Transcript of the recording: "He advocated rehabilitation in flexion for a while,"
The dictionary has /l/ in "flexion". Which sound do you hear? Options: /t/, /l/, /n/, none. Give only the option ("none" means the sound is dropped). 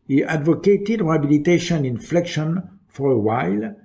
/l/